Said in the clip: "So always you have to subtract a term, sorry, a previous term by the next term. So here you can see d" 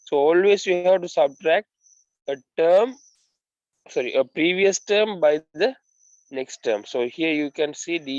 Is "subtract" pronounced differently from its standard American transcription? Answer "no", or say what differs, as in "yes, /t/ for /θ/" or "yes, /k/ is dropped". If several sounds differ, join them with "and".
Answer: no